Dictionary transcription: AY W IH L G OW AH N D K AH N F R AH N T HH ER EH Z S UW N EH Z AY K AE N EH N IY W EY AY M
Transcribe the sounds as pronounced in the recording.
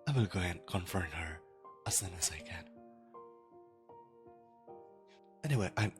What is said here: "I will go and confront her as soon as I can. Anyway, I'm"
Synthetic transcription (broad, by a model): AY W IH L G OW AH N K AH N F AH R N HH ER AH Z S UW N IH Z AY K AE N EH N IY W EY AY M